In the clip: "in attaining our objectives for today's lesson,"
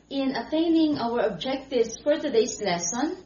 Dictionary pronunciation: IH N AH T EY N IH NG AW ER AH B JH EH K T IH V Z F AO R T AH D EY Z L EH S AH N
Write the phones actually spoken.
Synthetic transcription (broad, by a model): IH N AH T EY N IH NG AW ER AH B JH EH K T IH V S F AO R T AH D EY S L EH S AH N